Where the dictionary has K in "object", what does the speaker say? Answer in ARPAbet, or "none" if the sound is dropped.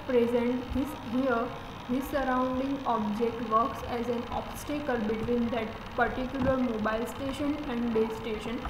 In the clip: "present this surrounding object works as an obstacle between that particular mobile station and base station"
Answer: K